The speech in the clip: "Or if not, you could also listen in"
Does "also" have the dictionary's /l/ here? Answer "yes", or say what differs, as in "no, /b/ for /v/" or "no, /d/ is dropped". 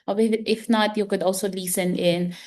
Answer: yes